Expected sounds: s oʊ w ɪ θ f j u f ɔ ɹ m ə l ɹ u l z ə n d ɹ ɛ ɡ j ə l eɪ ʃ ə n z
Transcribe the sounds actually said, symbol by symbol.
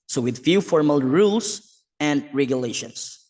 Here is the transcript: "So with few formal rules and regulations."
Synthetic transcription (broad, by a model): s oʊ w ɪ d f j u f ɔ ɹ m ə l ɹ u l s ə n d ɹ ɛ ɡ j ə l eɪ ʃ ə n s